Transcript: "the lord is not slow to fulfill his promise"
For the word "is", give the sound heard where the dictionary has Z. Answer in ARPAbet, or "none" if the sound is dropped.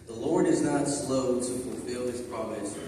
Z